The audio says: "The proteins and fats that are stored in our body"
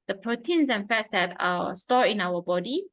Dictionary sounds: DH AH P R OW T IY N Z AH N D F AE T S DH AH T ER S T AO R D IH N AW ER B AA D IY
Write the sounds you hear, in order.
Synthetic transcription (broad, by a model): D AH P R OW T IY N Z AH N F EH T S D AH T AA S T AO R IH N AW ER B AA D IY